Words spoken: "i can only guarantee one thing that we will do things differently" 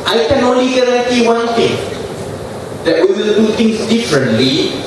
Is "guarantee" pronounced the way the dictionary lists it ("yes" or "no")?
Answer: no